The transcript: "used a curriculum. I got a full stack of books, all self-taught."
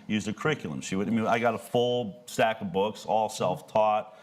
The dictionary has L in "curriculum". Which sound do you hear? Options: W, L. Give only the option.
W